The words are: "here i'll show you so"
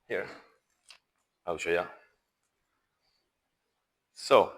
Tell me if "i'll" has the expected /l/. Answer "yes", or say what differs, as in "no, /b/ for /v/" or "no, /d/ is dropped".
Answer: no, /w/ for /l/